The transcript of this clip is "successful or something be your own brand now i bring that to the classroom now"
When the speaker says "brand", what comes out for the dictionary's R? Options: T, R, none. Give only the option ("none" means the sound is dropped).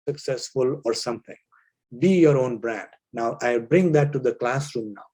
R